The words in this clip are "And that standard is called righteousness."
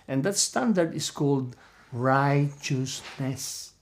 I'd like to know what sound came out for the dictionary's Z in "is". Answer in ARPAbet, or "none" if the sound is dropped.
S